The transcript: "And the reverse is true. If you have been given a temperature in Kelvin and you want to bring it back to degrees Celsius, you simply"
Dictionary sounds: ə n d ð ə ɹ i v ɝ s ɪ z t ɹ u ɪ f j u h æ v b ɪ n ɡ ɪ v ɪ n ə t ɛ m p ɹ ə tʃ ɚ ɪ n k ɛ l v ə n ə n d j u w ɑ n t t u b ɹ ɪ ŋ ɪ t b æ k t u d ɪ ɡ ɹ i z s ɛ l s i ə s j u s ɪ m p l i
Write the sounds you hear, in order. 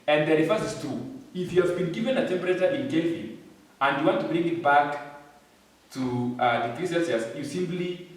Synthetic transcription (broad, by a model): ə n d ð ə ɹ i f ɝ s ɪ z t u ɪ f j u h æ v b ɪ n ɡ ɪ v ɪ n ə t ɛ m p ɹ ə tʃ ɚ ɪ n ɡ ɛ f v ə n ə n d j u w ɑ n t t u b ɹ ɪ ŋ ɪ t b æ k t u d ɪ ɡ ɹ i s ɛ n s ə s j u s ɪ m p l i